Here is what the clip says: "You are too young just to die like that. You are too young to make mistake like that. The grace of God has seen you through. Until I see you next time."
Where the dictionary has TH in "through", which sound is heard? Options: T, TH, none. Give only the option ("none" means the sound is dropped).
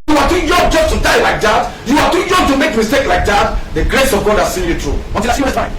T